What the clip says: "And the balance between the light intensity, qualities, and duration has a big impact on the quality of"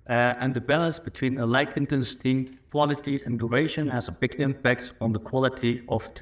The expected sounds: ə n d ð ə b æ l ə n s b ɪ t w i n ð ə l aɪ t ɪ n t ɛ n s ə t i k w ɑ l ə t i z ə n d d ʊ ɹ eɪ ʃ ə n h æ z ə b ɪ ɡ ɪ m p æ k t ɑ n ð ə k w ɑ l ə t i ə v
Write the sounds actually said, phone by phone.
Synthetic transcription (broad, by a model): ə n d ð ə b æ l ə n s b ɪ t w i n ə l aɪ t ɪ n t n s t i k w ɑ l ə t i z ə n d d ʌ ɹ eɪ ʃ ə n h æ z ə b ɪ ɡ ɪ m p æ k t n ð ə k w ɑ l ə t i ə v